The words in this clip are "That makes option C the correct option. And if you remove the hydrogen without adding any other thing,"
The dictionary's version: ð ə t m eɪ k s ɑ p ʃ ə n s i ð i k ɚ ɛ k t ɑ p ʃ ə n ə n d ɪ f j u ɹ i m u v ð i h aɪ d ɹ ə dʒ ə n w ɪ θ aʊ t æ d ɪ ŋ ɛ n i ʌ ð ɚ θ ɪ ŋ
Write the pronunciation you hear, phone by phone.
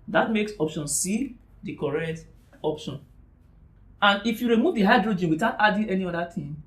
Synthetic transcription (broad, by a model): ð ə t m eɪ k s ɑ p ʃ ə n s i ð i k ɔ ɛ k t ɑ p ʃ ə n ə n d ɪ f j u ɹ i m u v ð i h aɪ d ɹ ə dʒ ə n w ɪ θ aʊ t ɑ d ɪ ɛ n i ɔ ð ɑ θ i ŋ